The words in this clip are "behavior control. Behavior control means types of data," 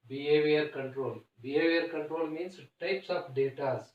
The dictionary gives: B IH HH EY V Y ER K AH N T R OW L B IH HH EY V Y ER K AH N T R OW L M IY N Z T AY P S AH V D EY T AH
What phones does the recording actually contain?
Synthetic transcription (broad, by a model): B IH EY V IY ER K AH N T R OW L B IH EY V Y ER K AH N T R OW L M IY N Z T AY P S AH F D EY T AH